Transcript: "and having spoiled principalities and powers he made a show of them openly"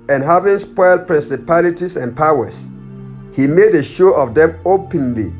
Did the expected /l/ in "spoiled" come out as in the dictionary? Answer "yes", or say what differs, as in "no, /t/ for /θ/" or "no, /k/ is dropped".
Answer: yes